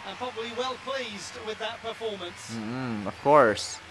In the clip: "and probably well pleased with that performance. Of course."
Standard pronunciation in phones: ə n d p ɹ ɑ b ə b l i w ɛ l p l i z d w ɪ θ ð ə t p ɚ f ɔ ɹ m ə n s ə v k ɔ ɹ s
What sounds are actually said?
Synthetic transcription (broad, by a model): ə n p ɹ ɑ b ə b l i w ɛ l p l i z d w ɪ ð ə t p ɚ f ɔ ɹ m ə n s ə v k ɔ ɹ s